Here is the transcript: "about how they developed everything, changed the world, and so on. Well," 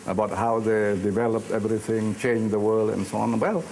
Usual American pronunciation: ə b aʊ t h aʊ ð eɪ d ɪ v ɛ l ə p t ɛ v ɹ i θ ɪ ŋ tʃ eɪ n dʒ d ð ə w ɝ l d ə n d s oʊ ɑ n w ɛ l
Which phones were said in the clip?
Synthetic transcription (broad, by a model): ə b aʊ t h aʊ ð eɪ d ɪ v ɛ l ə p t ɛ v ɹ i θ ɪ ŋ tʃ eɪ n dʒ ð ə w ɝ l d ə n s oʊ ɑ n w ɛ l